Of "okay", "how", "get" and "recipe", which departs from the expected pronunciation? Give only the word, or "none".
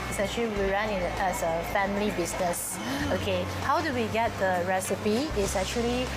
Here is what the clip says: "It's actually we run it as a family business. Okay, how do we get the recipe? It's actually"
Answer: none